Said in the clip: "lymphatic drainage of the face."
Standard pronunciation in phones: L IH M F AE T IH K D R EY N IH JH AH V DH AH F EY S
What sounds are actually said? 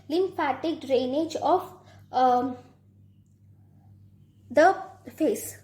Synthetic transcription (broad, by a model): L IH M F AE T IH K D R EY N IH JH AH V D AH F EY S